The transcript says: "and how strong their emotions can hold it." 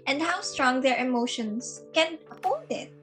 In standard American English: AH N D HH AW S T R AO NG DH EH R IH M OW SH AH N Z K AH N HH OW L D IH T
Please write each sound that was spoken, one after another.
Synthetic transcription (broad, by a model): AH N D HH AW S T R AO NG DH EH R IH M OW SH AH N S K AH N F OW D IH T